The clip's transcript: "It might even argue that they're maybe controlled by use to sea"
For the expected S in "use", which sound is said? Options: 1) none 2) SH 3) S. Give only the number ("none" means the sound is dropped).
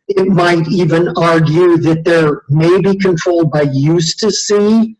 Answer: 3